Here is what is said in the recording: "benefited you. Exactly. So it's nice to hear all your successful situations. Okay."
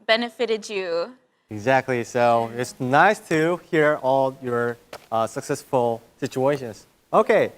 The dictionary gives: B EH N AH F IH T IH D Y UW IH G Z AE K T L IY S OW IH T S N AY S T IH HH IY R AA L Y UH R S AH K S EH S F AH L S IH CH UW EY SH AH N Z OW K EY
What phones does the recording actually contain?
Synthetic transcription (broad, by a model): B EH N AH F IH T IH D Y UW IH G Z AE K T L IY S OW IH T S N AY S T IH HH IY R AA L Y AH R S AH K S EH S F AH L S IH CH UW EY SH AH N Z OW K EY